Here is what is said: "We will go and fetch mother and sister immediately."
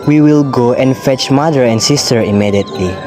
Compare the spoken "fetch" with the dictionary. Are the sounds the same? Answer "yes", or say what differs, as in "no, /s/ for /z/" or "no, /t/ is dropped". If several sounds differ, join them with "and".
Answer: yes